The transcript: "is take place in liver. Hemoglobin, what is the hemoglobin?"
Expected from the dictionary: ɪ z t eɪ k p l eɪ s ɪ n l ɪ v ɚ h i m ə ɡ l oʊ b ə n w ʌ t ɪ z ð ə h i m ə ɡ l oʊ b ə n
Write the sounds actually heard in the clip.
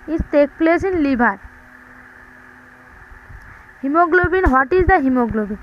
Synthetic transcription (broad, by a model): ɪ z t eɪ k p l eɪ s ɪ n l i b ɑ h i m ə ɡ l oʊ b ə n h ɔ t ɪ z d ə h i m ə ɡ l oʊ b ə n